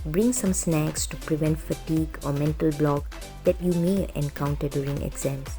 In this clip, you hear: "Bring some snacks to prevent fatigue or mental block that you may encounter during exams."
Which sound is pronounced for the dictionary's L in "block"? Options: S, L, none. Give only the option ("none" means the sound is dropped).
L